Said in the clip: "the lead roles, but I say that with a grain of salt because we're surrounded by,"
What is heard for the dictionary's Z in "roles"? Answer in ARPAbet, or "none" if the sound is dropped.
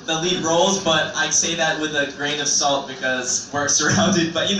Z